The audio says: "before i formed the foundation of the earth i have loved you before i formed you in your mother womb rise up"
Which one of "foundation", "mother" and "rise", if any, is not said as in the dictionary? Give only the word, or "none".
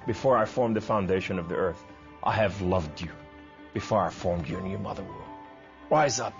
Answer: none